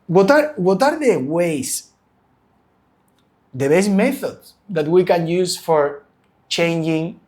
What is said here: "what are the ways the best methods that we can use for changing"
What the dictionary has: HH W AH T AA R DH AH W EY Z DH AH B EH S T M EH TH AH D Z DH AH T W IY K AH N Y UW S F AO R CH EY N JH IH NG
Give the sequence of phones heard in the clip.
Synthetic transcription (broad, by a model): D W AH T AA R DH AH W EY S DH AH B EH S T M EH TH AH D S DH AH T W IY K AH N Y UW S F AO R CH EY N JH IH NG